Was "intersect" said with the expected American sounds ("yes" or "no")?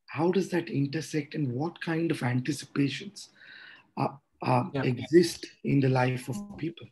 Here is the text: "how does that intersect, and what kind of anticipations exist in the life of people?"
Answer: yes